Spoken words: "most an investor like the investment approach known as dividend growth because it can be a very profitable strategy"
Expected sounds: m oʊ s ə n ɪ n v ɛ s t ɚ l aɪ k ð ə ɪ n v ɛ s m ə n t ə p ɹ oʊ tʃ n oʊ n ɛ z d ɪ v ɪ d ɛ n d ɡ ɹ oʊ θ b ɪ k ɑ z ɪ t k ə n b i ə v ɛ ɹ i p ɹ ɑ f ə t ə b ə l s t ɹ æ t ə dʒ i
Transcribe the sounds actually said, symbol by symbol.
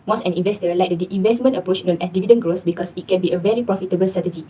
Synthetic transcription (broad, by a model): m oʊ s ə n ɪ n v ɛ s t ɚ l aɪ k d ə ɪ n v ɛ s m ə n t ə p ɹ oʊ tʃ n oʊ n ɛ d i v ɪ d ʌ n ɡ ɹ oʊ s b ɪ k ɑ s ɪ t k ə n b i ə v ɛ ɹ i p ɹ ɑ f ə t ə b ə l s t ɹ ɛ t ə dʒ i